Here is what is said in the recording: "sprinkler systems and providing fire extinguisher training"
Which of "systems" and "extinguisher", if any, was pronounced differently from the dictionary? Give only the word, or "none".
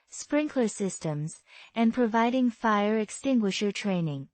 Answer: none